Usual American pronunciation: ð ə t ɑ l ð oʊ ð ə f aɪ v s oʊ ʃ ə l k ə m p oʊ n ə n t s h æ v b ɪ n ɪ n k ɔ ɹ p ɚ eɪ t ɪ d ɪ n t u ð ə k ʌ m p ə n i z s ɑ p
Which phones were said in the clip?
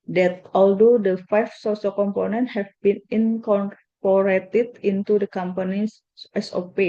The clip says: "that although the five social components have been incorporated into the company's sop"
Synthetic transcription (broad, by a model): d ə t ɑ l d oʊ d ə f aɪ f s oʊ s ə k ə m p oʊ n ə n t h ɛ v b ɪ n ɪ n k ɔ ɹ p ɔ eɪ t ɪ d ɪ n t u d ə k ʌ m p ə n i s s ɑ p